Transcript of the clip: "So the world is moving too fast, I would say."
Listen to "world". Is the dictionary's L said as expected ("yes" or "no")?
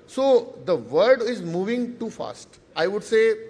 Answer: no